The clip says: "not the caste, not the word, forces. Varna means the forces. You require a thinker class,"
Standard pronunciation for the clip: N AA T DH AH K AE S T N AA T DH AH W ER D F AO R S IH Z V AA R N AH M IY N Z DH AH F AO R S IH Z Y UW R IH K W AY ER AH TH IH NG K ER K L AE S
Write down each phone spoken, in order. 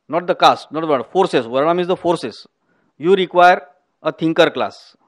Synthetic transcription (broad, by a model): N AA T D AH K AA S T N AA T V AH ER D F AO R S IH S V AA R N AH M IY Z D AH F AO R S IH S Y UW R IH K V AY ER AH T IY NG K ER K L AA S